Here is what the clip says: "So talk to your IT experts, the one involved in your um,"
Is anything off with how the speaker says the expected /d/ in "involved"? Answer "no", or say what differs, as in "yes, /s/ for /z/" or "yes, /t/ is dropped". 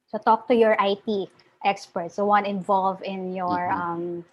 yes, /d/ is dropped